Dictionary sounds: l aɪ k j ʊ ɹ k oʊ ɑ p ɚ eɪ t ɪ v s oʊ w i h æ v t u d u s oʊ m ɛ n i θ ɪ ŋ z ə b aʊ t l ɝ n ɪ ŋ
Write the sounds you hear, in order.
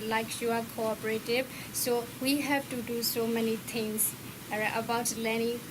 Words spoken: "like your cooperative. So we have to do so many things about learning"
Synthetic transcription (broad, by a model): l aɪ k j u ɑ k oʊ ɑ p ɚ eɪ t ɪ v s oʊ w i h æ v t u d u s oʊ m ɛ n i t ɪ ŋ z ə b aʊ t l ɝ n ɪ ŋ